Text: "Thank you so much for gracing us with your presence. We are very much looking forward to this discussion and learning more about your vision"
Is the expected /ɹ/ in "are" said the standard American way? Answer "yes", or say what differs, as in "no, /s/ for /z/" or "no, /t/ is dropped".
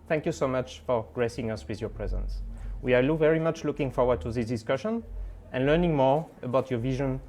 no, /l/ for /ɹ/